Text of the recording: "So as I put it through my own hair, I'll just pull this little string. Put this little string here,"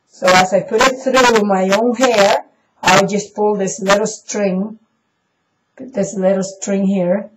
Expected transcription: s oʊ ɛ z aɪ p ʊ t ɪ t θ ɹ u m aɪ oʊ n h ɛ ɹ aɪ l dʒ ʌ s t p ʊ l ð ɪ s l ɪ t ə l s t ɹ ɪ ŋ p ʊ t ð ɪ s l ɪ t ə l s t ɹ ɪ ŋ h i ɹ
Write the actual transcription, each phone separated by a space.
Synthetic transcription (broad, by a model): s oʊ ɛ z aɪ p ʊ t ɪ t θ ɹ u m aɪ oʊ n h ɛ ɹ aɪ w dʒ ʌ s p ʊ l ð ɪ s l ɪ t l s t ɹ ɪ ŋ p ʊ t ð ɪ s l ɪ t l s t ɹ ɪ ŋ h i ɹ